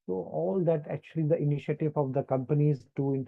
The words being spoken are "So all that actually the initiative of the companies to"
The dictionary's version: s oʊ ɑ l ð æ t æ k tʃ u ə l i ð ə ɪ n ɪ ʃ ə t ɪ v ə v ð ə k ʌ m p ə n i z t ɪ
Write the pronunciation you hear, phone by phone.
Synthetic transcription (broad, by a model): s oʊ ɑ l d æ t æ k tʃ u ə l i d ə ɪ n ɪ ʃ ə t ɪ v ə v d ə k ʌ m p ə n i z t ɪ